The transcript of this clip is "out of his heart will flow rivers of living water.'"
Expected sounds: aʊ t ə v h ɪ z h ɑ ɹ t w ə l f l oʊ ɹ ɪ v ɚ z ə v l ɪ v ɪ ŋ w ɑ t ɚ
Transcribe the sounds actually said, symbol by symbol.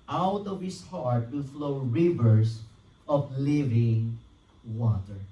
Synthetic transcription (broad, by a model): aʊ t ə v h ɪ s h ɑ ɹ t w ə f l oʊ ɹ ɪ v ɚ s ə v l ɪ v ɪ ŋ w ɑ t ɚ